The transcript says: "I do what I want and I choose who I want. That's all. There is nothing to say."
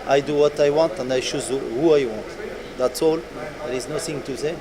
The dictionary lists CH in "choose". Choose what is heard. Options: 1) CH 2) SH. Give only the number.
2